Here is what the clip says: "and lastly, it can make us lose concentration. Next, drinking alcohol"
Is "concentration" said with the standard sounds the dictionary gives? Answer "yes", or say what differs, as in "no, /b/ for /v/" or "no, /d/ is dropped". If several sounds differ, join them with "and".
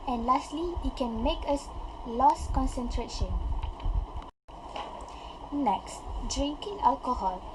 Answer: yes